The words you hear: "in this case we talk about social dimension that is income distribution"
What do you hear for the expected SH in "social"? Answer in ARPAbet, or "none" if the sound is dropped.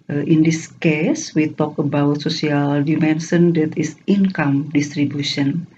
S